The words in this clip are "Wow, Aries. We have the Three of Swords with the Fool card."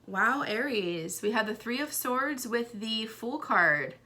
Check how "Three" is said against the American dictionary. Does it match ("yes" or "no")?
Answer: yes